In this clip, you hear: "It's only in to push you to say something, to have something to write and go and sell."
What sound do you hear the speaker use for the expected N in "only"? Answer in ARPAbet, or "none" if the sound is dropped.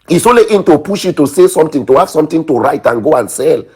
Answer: none